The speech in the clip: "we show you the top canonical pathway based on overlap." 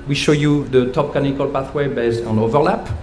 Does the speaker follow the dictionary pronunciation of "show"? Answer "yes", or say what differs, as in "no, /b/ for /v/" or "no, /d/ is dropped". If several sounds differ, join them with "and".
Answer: yes